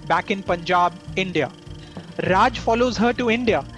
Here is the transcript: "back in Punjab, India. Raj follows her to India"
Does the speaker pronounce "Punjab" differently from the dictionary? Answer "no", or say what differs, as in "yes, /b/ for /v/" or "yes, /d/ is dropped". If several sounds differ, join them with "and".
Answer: no